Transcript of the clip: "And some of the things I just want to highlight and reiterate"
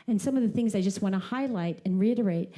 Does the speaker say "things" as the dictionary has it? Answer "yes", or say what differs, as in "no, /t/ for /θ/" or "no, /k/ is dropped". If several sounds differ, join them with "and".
yes